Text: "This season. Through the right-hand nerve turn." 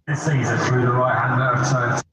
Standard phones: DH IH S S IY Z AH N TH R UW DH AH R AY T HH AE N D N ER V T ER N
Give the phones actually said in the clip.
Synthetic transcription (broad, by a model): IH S S IY Z AH N TH R UW DH AH R AY T HH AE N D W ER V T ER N